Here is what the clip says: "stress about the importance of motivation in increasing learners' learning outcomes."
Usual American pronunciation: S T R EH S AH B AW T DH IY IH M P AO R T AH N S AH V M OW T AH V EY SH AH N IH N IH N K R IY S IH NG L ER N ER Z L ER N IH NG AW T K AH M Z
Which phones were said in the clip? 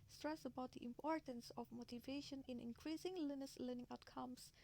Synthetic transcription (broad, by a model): S T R EH S AH B AW T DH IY IH M P AO R T AH N S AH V M OW T AH V EY SH AH N IH N IH N K R IY S IH NG L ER N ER S L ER N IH NG AW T K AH M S